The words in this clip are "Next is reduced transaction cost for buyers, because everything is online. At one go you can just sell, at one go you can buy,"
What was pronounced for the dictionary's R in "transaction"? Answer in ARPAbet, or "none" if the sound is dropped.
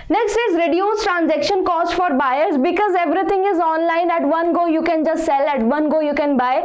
R